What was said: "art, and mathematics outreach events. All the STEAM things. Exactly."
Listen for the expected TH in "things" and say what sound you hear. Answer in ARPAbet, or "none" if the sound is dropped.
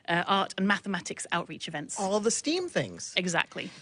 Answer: TH